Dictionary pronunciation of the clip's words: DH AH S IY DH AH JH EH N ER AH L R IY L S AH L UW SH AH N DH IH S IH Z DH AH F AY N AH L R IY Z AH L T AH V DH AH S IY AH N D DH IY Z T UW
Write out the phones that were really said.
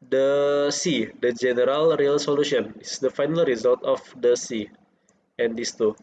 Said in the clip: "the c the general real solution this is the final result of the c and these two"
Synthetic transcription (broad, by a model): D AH S IY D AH JH EH N ER AH L R IY L S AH L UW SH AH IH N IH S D AH F AY N AH L R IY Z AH L T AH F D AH S IY AH N D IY S T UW